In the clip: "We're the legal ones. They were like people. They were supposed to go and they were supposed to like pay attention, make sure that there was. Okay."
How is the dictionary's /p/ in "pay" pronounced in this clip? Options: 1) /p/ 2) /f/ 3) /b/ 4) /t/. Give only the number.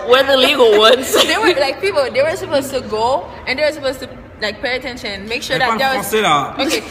1